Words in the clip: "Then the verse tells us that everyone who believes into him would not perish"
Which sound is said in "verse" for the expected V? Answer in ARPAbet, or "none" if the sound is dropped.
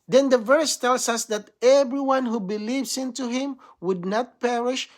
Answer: V